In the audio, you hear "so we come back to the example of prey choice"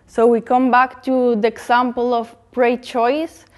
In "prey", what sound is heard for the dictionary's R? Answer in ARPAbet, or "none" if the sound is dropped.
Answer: R